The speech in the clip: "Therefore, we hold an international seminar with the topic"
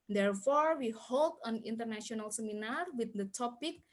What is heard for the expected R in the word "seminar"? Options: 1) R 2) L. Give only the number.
1